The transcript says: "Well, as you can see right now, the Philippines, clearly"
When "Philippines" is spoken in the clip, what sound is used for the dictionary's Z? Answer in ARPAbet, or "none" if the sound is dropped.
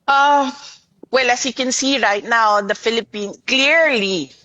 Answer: none